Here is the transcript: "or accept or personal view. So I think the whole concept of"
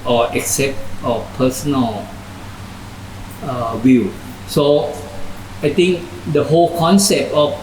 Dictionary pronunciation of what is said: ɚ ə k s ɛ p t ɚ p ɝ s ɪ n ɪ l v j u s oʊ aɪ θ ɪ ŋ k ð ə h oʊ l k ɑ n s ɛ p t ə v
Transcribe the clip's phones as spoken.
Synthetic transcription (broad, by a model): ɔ ə k s ɛ p t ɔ p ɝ s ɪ n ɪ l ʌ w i s oʊ aɪ t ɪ ŋ k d ə h oʊ l k ɑ n s ɛ p t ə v